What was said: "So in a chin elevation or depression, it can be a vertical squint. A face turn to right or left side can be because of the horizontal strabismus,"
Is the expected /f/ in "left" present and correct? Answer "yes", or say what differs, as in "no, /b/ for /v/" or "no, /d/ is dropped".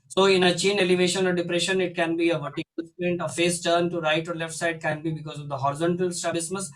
yes